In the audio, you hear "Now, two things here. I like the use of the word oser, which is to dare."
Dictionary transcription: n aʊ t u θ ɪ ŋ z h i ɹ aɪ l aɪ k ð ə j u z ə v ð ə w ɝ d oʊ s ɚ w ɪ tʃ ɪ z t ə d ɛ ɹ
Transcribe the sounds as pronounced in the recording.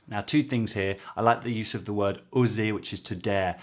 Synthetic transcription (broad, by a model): n aʊ t u θ ɪ ŋ z h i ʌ aɪ l aɪ k ð ə j u z ə v ð ə w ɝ d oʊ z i w ɪ tʃ ɪ z t ə d ɛ